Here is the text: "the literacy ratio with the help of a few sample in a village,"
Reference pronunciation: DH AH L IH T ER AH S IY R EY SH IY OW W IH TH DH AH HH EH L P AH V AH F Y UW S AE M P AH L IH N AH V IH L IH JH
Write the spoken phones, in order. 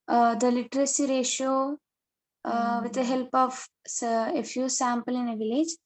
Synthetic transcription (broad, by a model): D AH L IH T ER AH S IY R EY SH IY OW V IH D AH HH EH L P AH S AH F Y UW S AE M P AH L IH N AH V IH L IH JH